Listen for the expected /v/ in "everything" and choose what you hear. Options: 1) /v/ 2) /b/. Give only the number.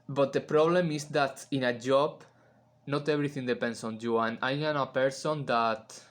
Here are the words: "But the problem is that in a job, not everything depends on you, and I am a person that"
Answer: 2